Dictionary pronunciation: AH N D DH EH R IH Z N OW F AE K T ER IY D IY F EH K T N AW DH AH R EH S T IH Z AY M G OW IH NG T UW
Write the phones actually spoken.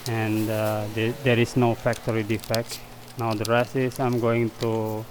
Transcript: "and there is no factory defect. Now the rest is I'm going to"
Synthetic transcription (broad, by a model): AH N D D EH R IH S N OW F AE K T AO IY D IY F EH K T N AW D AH R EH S IH S AY M G OW IH NG T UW